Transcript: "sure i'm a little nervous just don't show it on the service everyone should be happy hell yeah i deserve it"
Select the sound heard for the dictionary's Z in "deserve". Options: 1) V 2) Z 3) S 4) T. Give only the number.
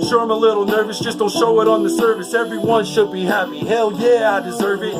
2